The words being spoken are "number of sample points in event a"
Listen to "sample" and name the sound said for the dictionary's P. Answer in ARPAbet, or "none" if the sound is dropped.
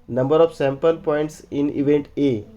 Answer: P